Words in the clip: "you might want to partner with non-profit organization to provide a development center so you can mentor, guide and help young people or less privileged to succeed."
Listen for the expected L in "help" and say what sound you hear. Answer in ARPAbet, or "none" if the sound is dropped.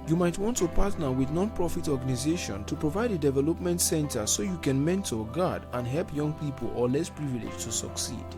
L